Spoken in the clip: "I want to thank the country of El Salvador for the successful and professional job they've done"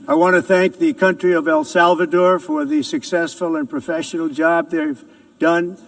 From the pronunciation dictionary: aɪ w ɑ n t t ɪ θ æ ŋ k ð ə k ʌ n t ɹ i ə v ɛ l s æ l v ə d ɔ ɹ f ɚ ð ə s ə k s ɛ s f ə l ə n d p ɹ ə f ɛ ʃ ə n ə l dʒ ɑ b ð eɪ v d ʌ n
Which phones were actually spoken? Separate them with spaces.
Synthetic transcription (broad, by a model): aɪ w ɑ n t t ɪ θ æ ŋ k ð ə k ʌ n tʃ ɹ i ə v ɛ l s æ l v ə d ɔ ɹ f ɚ ð ə s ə k s ɛ s f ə l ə n p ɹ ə f ɛ ʃ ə n l dʒ ɑ b ð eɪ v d ʌ n